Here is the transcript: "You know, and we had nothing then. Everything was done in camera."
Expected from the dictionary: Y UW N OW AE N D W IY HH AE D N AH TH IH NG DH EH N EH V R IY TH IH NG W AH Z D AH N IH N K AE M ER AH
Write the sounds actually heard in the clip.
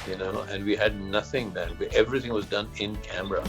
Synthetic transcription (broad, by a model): Y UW N OW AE N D W IY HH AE D N AH TH IH NG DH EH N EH V R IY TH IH NG W AH Z D AH N IH N K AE M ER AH